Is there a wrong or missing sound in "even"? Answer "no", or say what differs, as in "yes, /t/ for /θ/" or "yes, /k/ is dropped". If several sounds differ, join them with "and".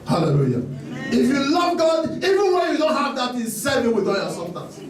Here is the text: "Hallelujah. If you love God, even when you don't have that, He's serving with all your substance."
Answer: no